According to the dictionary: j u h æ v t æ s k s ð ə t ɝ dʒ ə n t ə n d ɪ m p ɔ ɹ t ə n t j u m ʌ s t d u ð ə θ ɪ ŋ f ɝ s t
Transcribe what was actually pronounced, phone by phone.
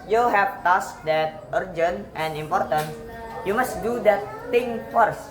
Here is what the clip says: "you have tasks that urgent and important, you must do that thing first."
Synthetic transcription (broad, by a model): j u h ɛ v t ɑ s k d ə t ɝ dʒ ə n t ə n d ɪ m p ɔ ɹ t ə n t j u m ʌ s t d u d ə t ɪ ŋ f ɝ s